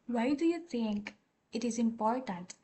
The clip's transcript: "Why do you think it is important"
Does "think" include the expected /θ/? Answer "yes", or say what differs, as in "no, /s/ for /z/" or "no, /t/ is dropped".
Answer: no, /t/ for /θ/